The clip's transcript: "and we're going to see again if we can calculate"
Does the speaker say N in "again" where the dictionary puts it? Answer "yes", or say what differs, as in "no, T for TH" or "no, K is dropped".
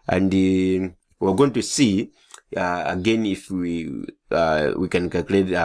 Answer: yes